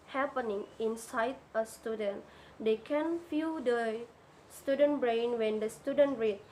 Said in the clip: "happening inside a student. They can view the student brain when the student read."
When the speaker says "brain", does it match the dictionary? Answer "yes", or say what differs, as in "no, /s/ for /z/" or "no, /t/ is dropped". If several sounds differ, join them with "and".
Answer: yes